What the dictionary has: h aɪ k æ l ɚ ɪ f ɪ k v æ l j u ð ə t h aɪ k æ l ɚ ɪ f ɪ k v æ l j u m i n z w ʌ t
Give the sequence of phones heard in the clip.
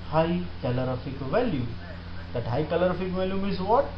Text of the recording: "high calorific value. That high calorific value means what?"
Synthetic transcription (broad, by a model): h aɪ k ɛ l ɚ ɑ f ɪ k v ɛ l j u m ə t h aɪ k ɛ l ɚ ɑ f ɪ k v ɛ l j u m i z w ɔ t